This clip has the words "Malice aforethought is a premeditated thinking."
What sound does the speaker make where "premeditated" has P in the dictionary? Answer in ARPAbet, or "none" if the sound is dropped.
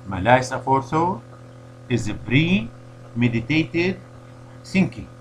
B